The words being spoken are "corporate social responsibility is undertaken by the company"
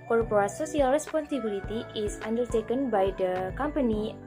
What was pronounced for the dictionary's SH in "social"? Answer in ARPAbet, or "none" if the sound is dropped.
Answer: S